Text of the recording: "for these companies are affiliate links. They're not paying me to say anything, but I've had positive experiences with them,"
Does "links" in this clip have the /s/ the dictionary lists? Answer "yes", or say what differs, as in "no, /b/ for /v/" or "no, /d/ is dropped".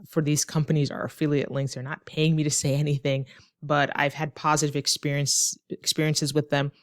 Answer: no, /θ/ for /s/